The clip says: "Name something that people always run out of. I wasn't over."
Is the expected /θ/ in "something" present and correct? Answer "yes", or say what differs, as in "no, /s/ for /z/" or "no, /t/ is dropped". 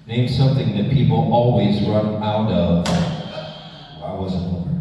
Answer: yes